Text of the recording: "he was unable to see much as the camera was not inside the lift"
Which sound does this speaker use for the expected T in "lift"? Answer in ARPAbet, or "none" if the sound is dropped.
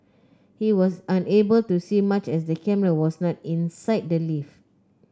none